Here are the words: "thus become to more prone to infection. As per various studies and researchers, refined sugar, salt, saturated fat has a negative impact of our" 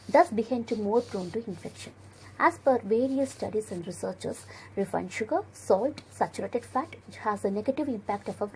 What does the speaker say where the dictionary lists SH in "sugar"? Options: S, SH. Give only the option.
SH